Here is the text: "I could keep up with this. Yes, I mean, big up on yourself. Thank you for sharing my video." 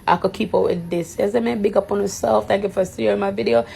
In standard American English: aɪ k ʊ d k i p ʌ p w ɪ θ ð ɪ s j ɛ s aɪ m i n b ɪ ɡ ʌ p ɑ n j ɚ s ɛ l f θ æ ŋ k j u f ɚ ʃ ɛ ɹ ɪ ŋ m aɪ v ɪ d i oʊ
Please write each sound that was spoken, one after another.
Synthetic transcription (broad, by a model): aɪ k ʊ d k i p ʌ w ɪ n ð ɪ s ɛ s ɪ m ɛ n b ɪ ɡ ʌ p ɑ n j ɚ s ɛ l f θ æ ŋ k j u f ɚ s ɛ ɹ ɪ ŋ m aɪ v ɪ d i oʊ